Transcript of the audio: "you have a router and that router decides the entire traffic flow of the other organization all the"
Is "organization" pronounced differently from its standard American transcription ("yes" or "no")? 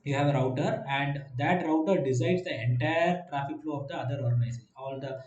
yes